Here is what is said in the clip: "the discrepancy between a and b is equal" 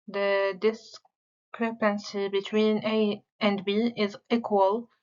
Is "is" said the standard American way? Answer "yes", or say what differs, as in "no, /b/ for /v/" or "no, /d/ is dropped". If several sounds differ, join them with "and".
yes